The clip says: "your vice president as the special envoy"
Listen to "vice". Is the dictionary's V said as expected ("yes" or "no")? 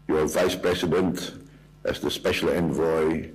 yes